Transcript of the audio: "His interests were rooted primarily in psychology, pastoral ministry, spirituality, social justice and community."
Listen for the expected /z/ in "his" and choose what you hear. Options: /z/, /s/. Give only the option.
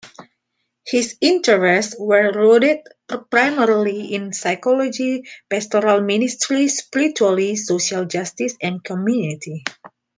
/s/